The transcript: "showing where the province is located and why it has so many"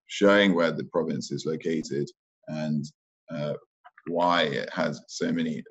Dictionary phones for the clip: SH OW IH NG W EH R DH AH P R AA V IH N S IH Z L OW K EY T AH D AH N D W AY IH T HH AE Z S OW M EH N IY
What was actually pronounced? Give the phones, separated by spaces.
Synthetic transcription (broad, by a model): SH OW IH NG W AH DH AH P R AA V IH N S IH Z L OW K EY T AH D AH N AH W AY IH T HH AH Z S OW M EH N IY